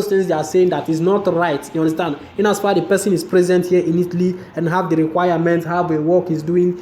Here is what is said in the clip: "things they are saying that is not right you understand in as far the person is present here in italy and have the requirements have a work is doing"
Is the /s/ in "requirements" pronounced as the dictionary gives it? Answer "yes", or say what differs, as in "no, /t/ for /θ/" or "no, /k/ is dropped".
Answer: no, /s/ is dropped